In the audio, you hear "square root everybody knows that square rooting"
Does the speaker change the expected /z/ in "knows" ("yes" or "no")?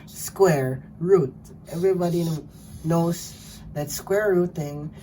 yes